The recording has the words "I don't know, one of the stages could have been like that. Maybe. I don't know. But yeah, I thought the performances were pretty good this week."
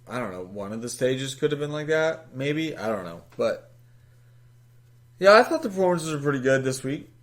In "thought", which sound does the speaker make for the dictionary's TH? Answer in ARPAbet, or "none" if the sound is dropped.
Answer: TH